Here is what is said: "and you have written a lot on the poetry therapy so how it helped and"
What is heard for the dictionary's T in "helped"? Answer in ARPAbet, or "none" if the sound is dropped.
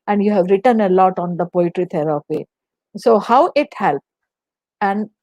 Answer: none